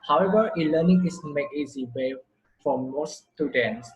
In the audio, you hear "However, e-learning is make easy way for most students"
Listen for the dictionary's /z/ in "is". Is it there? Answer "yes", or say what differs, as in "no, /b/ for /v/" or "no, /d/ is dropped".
no, /s/ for /z/